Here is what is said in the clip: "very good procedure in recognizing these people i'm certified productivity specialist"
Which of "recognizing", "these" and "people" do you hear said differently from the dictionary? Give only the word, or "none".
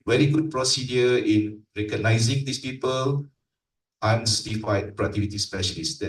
these